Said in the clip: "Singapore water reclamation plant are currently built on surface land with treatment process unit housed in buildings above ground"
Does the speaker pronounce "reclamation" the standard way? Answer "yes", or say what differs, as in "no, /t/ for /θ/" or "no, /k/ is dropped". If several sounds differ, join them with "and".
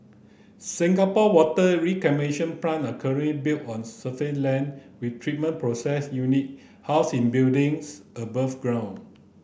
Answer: no, /l/ is dropped